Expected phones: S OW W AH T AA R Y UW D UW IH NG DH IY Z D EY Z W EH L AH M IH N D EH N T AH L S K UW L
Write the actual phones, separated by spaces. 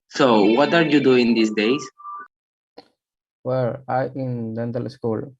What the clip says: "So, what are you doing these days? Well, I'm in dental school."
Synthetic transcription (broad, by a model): S OW W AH T AA R Y UW D UW IH NG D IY S D EY S W EH L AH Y IH N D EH N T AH L S K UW L